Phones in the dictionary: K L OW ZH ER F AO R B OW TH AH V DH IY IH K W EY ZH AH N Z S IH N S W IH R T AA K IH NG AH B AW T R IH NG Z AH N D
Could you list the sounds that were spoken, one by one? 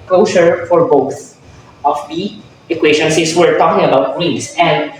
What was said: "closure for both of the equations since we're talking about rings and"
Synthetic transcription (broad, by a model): K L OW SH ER F AO R B OW TH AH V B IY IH K W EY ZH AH N S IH S W IH R T AA K IH NG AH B AW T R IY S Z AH N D